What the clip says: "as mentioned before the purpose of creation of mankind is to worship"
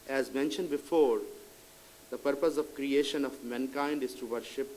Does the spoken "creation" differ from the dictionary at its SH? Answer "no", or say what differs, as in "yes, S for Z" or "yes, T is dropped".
no